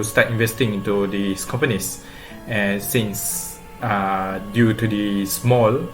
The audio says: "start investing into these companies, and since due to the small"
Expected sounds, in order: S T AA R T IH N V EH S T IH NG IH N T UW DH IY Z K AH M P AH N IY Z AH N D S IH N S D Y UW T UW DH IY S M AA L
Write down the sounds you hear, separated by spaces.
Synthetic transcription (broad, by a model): S T AA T IH N V EH S T IH NG IH N T UW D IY S K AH M P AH N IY S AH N S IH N S D Y UW T UW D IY S M AA L